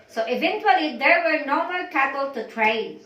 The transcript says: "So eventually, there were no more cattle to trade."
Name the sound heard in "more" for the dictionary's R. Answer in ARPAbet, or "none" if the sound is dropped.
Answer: L